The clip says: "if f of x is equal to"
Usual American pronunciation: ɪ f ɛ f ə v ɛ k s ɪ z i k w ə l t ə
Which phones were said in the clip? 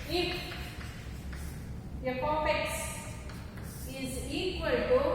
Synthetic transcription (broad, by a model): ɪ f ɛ p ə p ɛ k s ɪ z i k w ə l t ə